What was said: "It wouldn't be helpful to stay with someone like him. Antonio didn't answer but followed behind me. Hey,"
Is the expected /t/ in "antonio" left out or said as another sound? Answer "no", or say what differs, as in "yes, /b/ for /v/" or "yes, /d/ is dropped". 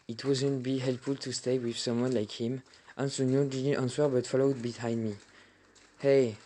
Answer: yes, /s/ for /t/